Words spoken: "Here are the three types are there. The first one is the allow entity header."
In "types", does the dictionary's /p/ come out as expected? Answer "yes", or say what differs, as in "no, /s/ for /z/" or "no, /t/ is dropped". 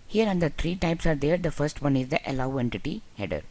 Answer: yes